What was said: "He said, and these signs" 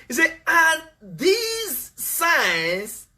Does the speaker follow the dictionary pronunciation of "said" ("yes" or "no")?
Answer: no